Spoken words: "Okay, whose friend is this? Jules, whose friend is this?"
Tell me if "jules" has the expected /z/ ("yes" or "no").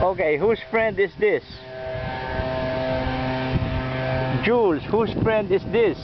no